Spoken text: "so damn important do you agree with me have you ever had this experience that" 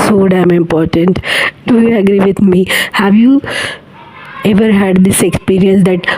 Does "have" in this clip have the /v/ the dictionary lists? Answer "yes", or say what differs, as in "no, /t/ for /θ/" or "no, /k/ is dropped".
yes